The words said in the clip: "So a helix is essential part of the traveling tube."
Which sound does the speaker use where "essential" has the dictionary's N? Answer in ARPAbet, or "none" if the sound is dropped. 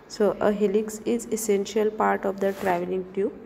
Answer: N